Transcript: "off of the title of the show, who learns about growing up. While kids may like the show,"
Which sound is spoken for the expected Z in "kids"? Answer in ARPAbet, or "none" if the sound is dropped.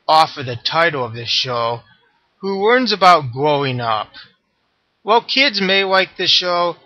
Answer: Z